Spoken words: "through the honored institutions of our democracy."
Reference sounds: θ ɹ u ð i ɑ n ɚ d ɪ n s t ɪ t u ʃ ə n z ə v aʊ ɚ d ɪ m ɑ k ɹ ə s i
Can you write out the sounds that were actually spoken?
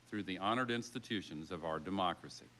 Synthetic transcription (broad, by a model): θ ɹ u ð i ɑ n ɚ d ɪ n s t ɪ t u ʃ ə n z ə v aʊ ɚ d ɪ m ɑ k ɹ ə s i